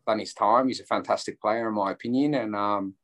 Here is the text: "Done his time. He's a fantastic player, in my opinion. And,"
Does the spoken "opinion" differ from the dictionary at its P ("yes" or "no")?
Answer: no